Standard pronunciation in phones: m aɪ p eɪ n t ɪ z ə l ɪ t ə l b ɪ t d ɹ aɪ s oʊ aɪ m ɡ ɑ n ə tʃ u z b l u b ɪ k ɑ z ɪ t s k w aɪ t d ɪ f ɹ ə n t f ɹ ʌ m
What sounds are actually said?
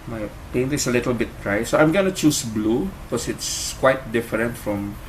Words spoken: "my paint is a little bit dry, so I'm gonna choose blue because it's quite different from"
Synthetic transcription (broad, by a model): m aɪ p eɪ n t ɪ s ə l ɪ t ə l b ɪ t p ɹ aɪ s oʊ aɪ m ɡ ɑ n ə tʃ u s b l u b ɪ k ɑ s ɪ t s k w aɪ t d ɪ f ɹ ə n t f ɹ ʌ m